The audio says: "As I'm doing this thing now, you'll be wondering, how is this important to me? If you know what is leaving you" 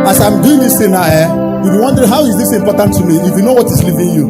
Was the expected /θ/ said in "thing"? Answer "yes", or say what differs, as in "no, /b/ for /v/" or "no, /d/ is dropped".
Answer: no, /t/ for /θ/